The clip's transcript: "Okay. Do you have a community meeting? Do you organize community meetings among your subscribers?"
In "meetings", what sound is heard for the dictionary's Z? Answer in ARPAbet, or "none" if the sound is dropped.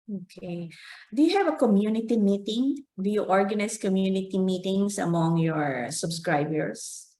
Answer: S